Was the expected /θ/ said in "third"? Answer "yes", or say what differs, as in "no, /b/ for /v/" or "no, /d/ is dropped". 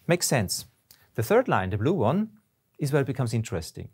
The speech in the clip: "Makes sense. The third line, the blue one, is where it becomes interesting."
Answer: yes